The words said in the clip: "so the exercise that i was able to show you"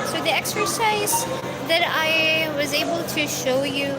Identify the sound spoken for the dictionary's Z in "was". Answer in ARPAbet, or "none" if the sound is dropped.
Z